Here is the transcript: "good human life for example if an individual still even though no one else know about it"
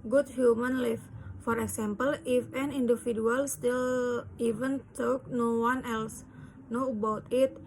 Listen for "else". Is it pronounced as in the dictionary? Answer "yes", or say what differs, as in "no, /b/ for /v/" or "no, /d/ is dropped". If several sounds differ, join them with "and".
yes